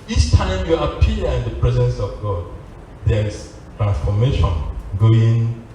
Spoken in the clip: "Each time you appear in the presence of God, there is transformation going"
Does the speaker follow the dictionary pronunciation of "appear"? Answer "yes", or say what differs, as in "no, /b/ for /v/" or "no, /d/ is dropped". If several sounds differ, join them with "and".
no, /l/ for /ɹ/